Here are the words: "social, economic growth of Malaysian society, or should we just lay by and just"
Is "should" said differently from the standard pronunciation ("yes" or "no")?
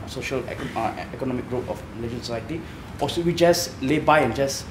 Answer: yes